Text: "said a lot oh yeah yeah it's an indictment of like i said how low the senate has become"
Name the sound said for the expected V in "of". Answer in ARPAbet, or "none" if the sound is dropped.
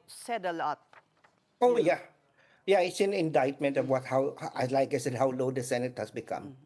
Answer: W